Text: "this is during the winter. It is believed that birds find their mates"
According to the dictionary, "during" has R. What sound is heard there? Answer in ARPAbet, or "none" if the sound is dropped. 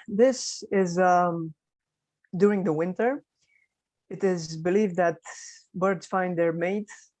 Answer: R